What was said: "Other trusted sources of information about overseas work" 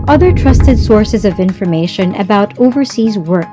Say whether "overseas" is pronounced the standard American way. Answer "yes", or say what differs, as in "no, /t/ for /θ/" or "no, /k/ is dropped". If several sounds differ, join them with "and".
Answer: yes